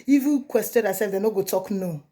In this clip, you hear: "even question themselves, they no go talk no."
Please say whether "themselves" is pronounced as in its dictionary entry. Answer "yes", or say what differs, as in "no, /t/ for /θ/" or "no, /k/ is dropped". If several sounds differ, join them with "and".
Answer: no, /m/ is dropped